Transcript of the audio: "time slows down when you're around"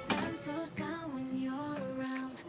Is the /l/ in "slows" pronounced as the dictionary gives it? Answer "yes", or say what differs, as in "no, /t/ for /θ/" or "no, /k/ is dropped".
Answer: no, /l/ is dropped